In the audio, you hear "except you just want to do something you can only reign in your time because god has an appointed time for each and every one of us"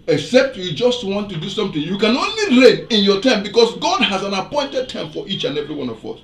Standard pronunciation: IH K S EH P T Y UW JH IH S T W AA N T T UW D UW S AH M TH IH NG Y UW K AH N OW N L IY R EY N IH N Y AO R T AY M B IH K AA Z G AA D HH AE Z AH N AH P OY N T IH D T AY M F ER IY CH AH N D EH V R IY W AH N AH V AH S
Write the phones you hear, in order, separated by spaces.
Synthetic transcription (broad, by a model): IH K S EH P T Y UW JH IH S T W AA N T T UW D UW S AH M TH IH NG Y UW K AH N OW N L IY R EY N IH N Y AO T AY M B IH K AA S G AA D HH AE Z AH N AH P OY N T IH D T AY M F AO IY CH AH N EH V R IY W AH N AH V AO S